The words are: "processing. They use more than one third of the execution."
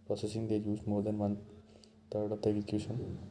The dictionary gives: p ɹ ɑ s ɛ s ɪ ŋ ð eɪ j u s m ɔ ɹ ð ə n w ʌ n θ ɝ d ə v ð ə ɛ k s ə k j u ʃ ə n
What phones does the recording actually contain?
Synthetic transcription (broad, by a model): p ɹ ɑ s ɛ s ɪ ŋ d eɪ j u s m ɔ ɹ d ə n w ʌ n t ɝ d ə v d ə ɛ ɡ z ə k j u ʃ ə n